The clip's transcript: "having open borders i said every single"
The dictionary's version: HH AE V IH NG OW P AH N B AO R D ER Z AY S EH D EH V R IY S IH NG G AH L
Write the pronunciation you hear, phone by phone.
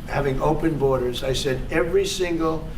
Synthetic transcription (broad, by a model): HH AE V IH NG OW P AH N B AO R D ER Z AY S EH D EH V R IY S IH NG G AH L